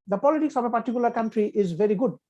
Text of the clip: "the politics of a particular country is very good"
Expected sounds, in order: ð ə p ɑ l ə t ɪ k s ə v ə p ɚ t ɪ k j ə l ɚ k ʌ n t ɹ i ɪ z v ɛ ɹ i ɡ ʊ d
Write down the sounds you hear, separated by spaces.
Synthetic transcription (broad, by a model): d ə p ɑ l ə t ɪ k s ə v ə p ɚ t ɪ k j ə l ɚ k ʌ n t ɹ i ɪ z v ɛ ɹ i ɡ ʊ d